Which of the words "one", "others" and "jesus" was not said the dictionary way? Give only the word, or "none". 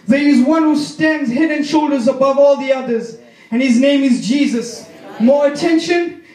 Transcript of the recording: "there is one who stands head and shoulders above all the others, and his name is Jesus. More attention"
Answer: none